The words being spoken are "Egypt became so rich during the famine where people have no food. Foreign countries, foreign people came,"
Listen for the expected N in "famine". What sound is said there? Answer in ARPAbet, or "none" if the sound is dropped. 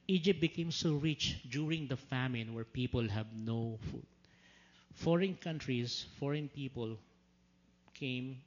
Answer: N